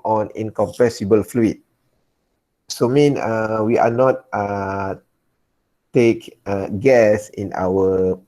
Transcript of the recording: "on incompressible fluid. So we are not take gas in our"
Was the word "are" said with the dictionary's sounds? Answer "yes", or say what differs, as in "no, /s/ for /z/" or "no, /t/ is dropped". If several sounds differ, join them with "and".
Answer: no, /w/ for /ɹ/